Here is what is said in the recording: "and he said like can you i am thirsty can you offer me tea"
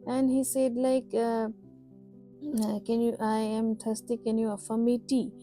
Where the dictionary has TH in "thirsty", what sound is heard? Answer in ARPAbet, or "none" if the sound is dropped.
T